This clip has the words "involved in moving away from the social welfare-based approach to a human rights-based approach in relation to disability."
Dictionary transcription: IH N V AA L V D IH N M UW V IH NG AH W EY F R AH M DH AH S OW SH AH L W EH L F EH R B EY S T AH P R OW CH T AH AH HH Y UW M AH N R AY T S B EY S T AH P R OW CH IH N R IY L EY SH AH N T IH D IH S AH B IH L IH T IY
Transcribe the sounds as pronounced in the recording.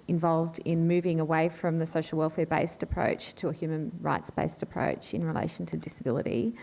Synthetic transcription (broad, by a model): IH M V AA L V D IH N M UW V IH NG AH W EY F R AH M DH AH S OW SH L W EH L F EH R B EY S T AH P R OW CH T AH AH HH Y UW M AH N R AY T S B EY S T AH P R OW CH IH N R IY L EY SH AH N T IH D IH S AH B IH L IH T IY